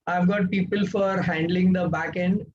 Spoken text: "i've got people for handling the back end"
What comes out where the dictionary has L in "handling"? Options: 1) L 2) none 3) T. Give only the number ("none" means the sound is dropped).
1